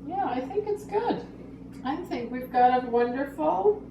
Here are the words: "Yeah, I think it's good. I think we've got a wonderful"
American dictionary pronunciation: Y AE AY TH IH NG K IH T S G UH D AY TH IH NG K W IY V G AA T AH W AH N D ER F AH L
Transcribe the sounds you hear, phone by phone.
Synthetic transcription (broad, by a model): Y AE AY TH IH NG K IH T S G UH D AY TH IH NG K W IY V G AA T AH W AH N D ER F L